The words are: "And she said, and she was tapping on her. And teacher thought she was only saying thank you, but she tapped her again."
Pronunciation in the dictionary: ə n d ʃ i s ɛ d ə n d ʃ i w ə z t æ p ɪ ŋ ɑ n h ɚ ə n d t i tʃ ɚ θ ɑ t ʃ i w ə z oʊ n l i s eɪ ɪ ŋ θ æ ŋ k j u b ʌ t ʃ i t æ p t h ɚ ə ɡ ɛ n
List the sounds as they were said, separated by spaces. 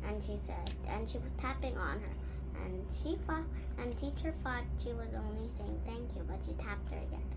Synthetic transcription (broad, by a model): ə n ʃ i s ɛ d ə n ʃ i w ə z t æ p ɪ ŋ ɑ n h ɚ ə n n t i tʃ ɚ f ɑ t ʃ i w ə z oʊ n l i s eɪ ɪ ŋ θ æ ŋ k j u b ʌ t ʃ i t æ p t h ɚ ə ɡ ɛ n